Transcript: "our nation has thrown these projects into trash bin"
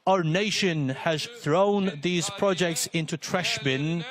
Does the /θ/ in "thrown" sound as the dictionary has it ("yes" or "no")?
yes